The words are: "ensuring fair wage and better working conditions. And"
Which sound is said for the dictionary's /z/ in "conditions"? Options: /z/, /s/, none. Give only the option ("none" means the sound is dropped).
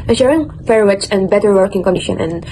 none